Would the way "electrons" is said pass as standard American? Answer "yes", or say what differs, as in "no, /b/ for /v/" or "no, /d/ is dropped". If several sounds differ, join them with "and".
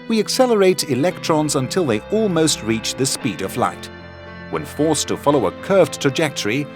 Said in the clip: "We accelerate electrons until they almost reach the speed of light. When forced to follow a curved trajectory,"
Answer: yes